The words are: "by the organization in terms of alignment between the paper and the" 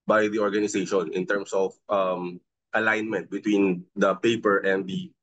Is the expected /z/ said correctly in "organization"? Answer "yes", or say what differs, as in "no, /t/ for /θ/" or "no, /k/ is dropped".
no, /s/ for /z/